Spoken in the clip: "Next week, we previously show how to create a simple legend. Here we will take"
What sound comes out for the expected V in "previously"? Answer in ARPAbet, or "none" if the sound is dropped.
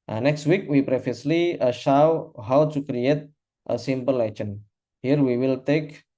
F